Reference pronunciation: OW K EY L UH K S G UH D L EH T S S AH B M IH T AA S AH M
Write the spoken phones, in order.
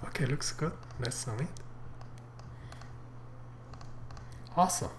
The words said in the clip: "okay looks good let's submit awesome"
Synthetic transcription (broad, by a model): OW K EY L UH K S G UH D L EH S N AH M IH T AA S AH